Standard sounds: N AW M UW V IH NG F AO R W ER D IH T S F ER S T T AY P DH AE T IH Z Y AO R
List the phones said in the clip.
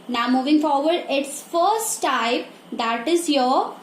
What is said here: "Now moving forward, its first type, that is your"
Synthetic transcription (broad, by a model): N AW M UW V IH NG F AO R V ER D IH T S F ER S T T AY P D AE T IH Z Y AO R